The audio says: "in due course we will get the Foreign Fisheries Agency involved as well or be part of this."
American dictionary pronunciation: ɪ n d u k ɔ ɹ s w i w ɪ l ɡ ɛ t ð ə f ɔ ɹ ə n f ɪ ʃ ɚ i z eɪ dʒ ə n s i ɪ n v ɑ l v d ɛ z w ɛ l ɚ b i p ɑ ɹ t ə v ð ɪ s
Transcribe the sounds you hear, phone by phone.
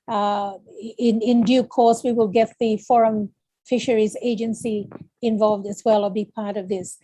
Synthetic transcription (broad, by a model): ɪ n d u k ɔ ɹ s w i w ɪ l ɡ ɛ t ð ə f ɔ ɹ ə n f ɪ ʃ ɚ i z eɪ dʒ ə n s i ɪ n v ɑ l v d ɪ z w ɛ l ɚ b i p ɑ ɹ t ə v ð ɪ s